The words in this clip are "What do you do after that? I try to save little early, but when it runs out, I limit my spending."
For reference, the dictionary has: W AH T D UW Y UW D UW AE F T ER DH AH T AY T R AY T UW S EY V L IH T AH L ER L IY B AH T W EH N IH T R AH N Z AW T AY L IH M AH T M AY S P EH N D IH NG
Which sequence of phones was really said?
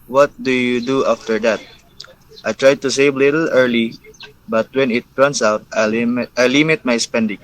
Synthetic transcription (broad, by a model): W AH T D UW Y UW D UW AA F T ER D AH T AY T R AY T UW S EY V L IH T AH L ER L IY B AH T W EH N IH T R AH N S AW T AY L IH M AH T M AY S P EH N D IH NG